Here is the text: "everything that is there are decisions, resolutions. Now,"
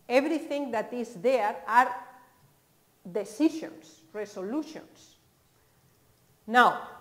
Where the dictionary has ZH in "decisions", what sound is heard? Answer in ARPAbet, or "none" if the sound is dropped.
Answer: SH